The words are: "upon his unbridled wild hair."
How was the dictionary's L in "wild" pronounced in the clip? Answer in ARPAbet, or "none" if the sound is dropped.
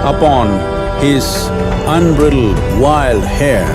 L